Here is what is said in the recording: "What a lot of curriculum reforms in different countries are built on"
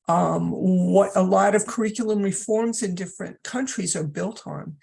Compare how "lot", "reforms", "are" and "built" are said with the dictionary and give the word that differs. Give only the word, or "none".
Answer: none